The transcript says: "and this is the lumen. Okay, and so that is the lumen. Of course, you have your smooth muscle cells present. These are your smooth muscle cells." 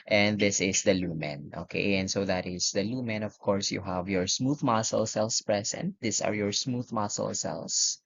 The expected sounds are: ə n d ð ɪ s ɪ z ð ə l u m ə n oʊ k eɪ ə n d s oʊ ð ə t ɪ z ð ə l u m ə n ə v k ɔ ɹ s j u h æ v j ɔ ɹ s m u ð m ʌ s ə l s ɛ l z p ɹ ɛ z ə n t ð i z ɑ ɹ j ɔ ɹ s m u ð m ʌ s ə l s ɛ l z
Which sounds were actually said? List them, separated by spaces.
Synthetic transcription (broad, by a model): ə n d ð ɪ s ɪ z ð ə l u m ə n oʊ k eɪ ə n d s oʊ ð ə t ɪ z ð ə l u m ə n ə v k ɔ ɹ s j u h æ v j ɔ ɹ s m u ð m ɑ s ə l s ɛ l s p ɹ ɛ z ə n t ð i s ɑ ɹ j ɔ ɹ s m u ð m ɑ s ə l s ɛ l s